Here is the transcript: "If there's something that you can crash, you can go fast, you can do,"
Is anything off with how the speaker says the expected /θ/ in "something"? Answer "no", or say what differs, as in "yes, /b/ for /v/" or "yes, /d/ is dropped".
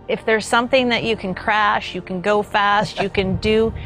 no